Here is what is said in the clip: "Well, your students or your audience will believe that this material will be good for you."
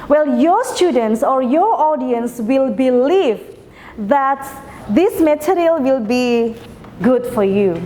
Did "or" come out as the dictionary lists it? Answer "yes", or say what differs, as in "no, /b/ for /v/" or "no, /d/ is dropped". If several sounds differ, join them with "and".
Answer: yes